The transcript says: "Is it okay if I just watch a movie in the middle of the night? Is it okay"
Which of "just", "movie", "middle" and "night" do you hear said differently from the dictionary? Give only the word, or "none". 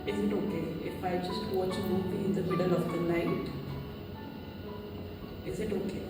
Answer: movie